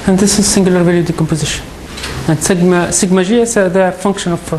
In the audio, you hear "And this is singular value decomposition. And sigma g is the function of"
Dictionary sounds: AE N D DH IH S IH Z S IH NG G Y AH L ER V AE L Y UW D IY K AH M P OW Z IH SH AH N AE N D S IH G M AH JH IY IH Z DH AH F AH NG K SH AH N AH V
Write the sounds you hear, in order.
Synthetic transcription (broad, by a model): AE N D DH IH S IH Z S IH NG G Y AH L ER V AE L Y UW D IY K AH M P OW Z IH SH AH N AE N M S IH G M AH ZH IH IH S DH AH F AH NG K SH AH N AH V